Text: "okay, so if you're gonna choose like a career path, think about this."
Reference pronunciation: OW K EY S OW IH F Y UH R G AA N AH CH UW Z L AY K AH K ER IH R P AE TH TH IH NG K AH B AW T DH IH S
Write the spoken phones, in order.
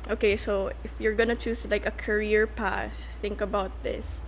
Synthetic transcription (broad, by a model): OW K EY S OW IH F Y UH R G AA N AH CH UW S L AY K AH K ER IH R P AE S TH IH NG K AH B AW T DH IH S